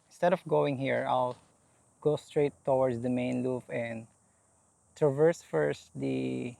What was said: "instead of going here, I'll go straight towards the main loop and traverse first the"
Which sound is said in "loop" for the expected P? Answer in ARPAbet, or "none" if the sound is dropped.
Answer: F